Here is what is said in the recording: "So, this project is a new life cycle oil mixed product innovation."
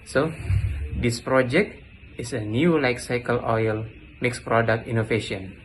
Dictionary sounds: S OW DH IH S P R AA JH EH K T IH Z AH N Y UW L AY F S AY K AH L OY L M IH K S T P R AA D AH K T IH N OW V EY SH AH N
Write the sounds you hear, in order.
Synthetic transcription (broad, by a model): S OW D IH S P R AA JH EH K T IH S AH N Y UW L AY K S AY K AH L OY L M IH K S P R AA D AH K T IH N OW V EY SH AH N